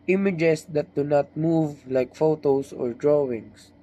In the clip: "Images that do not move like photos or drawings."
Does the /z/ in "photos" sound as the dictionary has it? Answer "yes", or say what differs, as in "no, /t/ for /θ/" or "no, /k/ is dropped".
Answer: no, /s/ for /z/